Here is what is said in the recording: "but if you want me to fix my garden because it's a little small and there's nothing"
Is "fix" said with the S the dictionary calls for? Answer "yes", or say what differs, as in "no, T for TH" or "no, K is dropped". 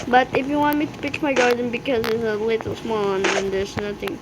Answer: no, S is dropped